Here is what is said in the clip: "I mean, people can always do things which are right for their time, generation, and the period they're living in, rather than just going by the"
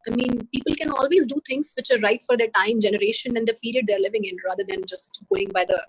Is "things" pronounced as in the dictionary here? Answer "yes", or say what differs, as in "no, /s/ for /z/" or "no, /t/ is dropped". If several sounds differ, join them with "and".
no, /t/ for /θ/